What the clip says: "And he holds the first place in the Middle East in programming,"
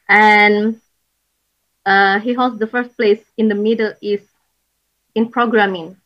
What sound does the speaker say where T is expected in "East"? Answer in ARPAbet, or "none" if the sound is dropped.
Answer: none